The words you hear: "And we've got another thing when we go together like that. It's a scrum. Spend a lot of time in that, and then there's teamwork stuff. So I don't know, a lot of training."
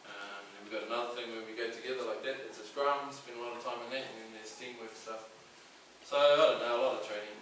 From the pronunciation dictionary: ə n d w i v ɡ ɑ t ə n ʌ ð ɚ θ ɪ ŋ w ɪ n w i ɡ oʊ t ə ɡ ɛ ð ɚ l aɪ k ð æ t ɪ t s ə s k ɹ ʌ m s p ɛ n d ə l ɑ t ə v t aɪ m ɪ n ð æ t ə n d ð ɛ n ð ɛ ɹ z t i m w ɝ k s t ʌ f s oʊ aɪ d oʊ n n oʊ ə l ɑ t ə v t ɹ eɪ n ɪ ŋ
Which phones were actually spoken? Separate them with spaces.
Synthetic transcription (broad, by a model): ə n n w i v ɡ ɑ t ə n ʌ ð ɚ θ ɪ ŋ w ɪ n w i ɡ oʊ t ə ɡ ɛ ð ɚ l aɪ k ð æ t ɪ t s ə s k ɹ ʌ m s b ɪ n ə l ɑ t ə v t aɪ m ɪ n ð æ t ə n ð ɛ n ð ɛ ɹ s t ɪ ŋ w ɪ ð s t ʌ f s oʊ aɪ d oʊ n n oʊ ə l ɑ t ə v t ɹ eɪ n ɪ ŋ